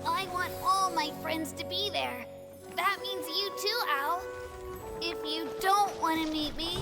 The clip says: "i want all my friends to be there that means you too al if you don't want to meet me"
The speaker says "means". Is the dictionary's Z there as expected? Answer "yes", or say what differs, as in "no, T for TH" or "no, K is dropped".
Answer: yes